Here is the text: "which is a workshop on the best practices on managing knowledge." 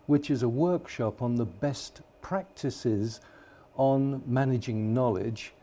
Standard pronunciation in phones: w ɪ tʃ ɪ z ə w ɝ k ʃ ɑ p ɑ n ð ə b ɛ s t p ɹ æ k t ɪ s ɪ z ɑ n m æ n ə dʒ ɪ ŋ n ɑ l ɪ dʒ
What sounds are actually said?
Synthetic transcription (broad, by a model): w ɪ tʃ ɪ z ə w ɝ k ʃ ɑ p n ð ə b ɛ s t p ɹ æ k t ɪ s ɪ z n m æ n ə dʒ ɪ ŋ n ɑ l ɪ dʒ